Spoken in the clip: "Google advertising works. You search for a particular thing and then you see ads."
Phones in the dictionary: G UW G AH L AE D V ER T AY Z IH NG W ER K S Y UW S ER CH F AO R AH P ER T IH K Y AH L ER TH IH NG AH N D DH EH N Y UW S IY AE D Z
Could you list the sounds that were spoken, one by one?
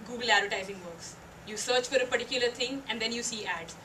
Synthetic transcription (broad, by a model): G UW G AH L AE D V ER T AY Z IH NG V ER K S Y UW S ER CH F AO R AH P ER T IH K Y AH L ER T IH NG AH N D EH N Y UW S IY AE D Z